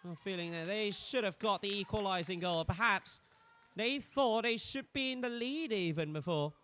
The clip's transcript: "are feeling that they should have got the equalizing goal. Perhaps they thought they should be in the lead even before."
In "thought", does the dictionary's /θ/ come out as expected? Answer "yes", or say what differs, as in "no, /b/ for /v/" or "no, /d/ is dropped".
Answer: yes